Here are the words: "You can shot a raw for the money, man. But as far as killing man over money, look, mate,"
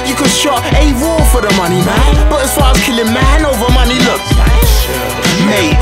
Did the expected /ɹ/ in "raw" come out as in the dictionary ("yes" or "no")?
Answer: no